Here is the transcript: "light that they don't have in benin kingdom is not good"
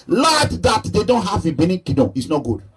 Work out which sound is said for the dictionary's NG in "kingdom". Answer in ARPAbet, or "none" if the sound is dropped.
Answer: none